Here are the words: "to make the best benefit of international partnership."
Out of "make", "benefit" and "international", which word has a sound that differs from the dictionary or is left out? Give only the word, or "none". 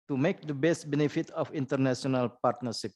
international